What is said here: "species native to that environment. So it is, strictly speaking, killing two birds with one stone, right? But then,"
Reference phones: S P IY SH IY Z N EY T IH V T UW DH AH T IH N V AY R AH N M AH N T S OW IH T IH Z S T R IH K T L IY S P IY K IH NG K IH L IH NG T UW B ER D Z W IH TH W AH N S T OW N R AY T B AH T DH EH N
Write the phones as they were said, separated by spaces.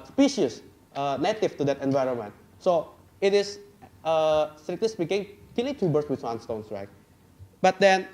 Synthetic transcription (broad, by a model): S P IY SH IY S N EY T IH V T UW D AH T IH N V AY R AH N M AH N T S OW IH T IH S S T R IH K T L IY S P IY K IH NG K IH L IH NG T UW B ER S W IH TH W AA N S T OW N R AY T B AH T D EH N